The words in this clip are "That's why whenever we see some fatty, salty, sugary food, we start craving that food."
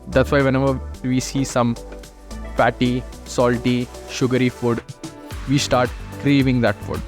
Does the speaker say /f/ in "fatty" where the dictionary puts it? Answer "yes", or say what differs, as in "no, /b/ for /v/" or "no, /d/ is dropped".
no, /p/ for /f/